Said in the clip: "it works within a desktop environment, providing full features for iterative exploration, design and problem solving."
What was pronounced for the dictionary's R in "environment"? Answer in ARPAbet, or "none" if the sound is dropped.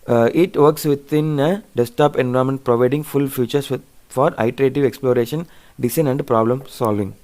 none